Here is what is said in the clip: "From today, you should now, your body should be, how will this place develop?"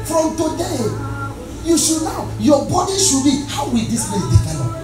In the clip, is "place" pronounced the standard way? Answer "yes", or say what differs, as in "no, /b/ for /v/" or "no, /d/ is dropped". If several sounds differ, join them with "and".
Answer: no, /s/ is dropped